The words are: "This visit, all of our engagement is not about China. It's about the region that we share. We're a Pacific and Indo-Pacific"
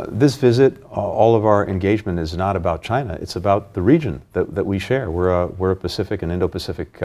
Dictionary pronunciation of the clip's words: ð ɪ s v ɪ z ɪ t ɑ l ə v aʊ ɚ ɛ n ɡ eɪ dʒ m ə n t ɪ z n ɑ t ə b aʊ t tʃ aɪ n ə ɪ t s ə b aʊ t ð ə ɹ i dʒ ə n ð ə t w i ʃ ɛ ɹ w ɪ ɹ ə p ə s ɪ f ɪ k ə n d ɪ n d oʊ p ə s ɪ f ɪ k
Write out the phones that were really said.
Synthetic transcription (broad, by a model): ð ɪ s v ɪ z ɪ t ɑ l ə v aʊ ɚ ɛ n ɡ eɪ dʒ m ə n t ɪ z n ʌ t ə b aʊ t tʃ aɪ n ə ɪ t s ə b aʊ t ð ə ɹ i dʒ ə n ð ə t w i ʃ ɛ ɹ w ɪ ɹ ə p ə s ɪ f ɪ k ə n ɪ n d oʊ p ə s ɪ f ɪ k